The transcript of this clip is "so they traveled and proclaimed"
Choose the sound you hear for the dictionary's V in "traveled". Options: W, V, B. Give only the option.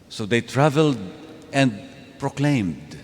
V